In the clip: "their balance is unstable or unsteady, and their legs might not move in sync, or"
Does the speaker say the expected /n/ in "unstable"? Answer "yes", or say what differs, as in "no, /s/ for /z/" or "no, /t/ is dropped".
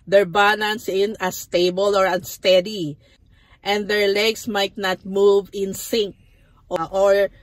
no, /n/ is dropped